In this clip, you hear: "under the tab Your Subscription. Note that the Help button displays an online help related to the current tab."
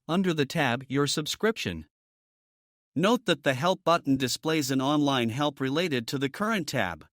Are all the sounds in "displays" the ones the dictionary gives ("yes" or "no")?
yes